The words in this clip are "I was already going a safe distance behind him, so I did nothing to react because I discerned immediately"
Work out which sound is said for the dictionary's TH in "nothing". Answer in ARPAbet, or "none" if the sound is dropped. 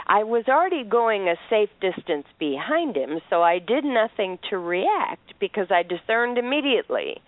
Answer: TH